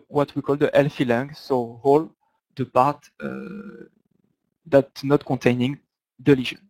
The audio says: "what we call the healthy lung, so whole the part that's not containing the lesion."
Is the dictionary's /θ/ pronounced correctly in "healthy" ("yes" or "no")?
no